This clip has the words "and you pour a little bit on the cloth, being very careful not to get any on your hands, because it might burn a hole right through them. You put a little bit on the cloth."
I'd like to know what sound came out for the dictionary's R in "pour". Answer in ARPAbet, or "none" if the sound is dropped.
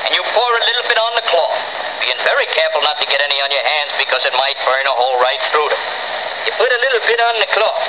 R